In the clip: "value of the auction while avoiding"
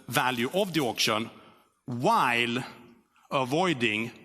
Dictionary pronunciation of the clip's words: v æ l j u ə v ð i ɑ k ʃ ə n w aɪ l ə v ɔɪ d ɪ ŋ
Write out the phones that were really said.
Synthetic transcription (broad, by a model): v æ l j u ə v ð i ɑ k ʃ ə n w aɪ l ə v ɔɪ d ɪ ŋ